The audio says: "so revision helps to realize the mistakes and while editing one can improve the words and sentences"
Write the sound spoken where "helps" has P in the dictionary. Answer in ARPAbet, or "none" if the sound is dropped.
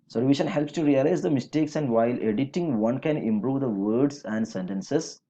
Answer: P